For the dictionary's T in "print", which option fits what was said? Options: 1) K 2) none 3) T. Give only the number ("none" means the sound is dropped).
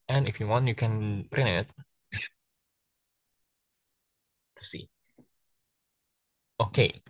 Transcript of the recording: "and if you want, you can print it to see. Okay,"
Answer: 2